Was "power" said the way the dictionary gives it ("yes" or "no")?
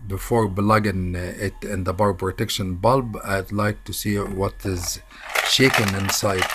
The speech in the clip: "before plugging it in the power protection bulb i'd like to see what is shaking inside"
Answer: no